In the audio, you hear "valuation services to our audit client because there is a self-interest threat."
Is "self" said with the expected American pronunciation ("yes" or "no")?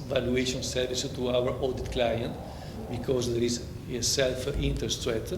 yes